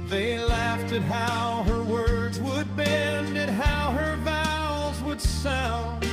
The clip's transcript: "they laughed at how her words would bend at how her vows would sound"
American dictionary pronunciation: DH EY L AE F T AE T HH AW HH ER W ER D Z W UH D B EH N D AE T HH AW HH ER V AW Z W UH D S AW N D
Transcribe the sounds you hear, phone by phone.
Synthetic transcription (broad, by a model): DH EY L AE F T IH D HH AW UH ER W ER D Z W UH D B EH N D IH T HH AW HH ER V AW Z W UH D S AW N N